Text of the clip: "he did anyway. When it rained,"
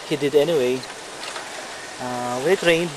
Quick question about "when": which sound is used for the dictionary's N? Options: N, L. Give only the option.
L